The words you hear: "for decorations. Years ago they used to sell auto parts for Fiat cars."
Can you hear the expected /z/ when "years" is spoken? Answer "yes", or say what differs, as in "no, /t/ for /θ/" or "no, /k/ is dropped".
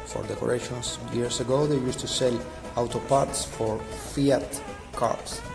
no, /s/ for /z/